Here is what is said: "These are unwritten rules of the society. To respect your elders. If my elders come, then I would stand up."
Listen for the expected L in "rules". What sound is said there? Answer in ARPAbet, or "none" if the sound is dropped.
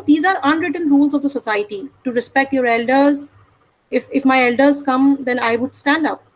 L